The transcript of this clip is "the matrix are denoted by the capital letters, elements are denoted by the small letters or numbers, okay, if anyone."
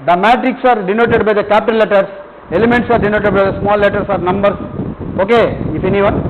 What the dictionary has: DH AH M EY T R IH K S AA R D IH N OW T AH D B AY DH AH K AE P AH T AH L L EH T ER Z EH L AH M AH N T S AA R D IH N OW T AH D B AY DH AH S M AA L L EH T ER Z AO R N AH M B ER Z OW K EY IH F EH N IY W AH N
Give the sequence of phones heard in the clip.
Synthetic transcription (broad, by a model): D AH M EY T R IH K S AA R D IH N OW T AH D B AY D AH K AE P T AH N L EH T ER S EH L AH M AH N T S AA R D IH N OW T AH D B AY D AH S M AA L L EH T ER S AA R N AH M B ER S OW K EY IH F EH N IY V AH N